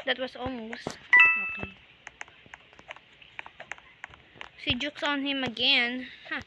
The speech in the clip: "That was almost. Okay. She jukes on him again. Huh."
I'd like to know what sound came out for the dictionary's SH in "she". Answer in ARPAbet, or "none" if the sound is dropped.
S